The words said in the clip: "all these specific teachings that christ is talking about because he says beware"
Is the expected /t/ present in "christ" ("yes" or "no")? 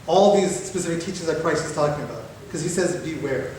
no